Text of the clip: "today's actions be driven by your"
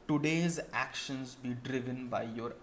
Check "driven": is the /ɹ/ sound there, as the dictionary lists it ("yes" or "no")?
yes